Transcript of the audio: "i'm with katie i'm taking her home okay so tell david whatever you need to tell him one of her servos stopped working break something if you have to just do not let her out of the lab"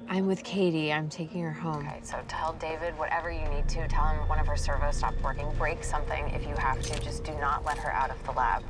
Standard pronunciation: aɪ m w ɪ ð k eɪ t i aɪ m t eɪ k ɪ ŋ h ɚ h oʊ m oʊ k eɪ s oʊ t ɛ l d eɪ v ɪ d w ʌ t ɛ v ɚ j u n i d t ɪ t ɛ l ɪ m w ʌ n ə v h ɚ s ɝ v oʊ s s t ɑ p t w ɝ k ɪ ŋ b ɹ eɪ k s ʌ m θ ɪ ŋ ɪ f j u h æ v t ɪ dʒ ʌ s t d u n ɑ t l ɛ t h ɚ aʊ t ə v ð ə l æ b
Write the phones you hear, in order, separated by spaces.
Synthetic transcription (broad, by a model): aɪ m w ɪ ð k eɪ t i aɪ m t eɪ k ɪ ŋ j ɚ h oʊ m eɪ s oʊ t ɛ l d eɪ v ɪ d w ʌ t ɛ v ɚ j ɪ n i d t ɪ t ɛ l ɪ m w ʌ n ə v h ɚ s ɝ v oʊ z s t ɑ p t w ɝ k ɪ ŋ b ɹ eɪ k s ʌ m θ ɪ ŋ ɪ f j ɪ h æ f t ɪ dʒ ʌ s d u n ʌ t l ɛ t h ɚ aʊ t ə v ð ə l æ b